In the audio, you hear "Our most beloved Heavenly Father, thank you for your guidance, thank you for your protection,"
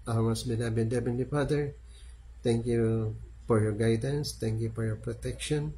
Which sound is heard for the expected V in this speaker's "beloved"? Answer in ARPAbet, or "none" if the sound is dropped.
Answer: B